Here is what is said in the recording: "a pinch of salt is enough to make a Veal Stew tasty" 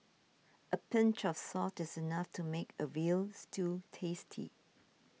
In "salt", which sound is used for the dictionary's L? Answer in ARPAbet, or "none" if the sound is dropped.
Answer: none